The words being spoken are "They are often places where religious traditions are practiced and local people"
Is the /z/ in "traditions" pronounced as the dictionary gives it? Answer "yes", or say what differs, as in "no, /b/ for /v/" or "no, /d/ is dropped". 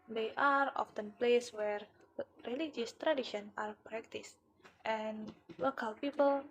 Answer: no, /z/ is dropped